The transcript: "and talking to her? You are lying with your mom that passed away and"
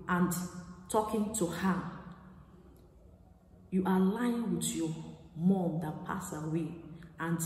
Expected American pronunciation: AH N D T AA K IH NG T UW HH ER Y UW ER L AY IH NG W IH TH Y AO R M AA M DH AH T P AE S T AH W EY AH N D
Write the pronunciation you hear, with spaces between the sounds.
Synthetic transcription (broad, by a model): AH N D T AA K IH NG T UW HH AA Y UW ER L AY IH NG W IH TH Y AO M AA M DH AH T P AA S AH W EY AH N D